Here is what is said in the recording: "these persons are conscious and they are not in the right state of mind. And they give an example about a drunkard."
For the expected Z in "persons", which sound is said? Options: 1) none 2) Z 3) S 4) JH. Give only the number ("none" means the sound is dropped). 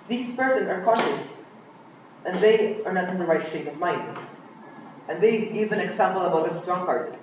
1